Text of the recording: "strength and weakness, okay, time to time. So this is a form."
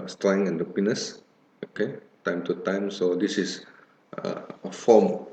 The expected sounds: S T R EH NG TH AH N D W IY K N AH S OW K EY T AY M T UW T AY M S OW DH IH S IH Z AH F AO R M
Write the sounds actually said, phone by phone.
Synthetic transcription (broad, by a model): S T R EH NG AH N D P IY N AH S OW K EY T AY M T UW T AY M S OW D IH S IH S AH F AO M